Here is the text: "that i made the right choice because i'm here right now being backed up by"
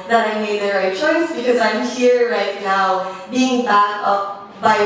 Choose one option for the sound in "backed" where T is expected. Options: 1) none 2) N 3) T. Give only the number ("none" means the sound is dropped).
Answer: 1